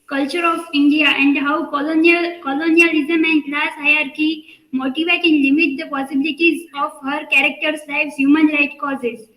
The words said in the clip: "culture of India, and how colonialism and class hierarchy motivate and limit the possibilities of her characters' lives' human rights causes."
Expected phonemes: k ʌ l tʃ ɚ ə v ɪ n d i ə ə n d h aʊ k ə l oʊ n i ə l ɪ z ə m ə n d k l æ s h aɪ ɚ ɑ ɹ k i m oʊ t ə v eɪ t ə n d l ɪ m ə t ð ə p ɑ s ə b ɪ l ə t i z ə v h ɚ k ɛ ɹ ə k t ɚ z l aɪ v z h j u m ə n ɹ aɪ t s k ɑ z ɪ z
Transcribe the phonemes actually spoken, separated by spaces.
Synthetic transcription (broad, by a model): k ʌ l tʃ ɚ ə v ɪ n d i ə ə n d h aʊ k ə l oʊ n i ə l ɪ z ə m ə n d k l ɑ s h aɪ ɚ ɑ ɹ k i m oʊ t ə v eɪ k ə n l ɪ m ə t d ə p ɑ s ə b ɪ l ə t i z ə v h ɚ k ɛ ɹ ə k t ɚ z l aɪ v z h j u m ə n ɹ aɪ t k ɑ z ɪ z